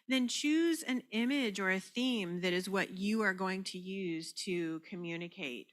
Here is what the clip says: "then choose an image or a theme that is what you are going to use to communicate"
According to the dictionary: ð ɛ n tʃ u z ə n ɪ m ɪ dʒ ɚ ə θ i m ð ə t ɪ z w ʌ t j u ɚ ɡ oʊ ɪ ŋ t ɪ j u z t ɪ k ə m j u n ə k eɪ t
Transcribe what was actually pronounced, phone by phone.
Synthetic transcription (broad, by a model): ð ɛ n tʃ u z ə n ɪ m ɪ dʒ ɚ ə θ i m ð ə t ɪ z w ʌ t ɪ ɚ ɡ oʊ ɪ ŋ t ɪ j u z t ɪ k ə m j u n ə k eɪ t